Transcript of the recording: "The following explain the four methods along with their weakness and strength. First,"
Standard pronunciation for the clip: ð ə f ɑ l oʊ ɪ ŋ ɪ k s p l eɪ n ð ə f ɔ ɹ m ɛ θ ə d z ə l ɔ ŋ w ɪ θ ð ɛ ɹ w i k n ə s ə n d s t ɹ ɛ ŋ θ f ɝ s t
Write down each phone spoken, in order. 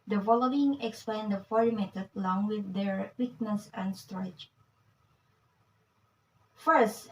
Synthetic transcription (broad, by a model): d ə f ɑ l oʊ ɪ ŋ ɪ k s p l eɪ n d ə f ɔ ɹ m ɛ t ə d ə l ɔ ŋ w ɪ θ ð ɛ ɹ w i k n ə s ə n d s t ɹ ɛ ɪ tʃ f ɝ s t